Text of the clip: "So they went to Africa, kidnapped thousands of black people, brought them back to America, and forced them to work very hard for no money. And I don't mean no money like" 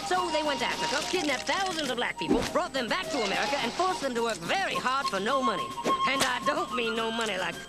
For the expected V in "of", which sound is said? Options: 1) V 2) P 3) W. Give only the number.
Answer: 1